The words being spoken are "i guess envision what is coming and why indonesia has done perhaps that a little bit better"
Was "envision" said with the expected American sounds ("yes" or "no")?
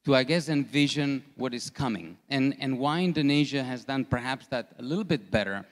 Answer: yes